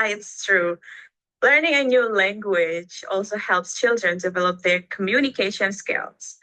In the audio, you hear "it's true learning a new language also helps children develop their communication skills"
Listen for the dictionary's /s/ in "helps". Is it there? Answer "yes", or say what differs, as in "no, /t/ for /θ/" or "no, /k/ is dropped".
yes